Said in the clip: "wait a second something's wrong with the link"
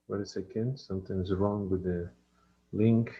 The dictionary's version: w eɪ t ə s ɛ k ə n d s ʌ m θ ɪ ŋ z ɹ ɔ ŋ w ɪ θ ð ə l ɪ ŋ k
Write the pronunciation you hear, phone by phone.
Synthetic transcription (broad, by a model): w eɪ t ə s ɛ k ə n d s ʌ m t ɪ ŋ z ɹ ɔ ŋ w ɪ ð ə l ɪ ŋ k